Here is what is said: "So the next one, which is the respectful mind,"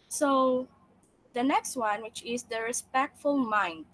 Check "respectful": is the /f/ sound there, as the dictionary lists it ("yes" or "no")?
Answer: yes